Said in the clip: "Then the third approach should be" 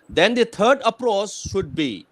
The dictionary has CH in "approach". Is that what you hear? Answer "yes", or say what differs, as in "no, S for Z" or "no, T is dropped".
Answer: no, S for CH